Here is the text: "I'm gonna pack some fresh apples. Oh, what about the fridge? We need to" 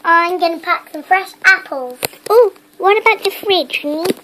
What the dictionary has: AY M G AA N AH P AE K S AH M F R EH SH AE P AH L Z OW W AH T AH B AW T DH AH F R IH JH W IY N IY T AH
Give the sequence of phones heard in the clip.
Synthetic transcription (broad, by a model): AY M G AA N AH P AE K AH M F R EH SH AE P AH L Z OW W AH T AH B AW T DH AH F R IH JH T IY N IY